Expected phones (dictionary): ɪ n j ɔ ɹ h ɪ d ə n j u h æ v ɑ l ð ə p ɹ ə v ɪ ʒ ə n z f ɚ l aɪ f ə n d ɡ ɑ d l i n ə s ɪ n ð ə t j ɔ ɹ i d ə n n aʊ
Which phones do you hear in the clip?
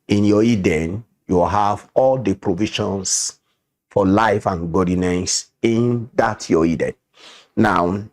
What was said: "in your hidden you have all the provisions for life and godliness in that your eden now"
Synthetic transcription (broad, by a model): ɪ n j ɔ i d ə n j u h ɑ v ɑ l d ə p ɹ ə v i ʃ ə n s f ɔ l aɪ f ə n ɡ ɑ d n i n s ɪ n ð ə t j ɔ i d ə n n aʊ